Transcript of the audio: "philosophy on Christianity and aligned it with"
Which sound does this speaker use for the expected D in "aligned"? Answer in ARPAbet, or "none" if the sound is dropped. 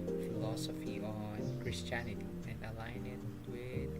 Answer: none